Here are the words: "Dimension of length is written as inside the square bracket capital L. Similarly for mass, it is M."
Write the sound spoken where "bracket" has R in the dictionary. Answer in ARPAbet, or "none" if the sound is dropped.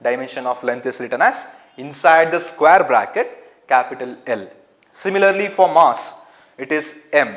R